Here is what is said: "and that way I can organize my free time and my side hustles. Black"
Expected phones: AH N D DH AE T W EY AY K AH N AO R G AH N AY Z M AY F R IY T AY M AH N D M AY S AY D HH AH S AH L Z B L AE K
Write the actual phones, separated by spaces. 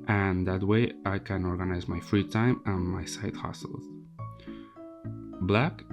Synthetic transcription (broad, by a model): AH N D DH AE T W EY AY K AH N AO R G AH N AY Z M AY F R IY T AY M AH N M AY S AY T HH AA S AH L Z B L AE K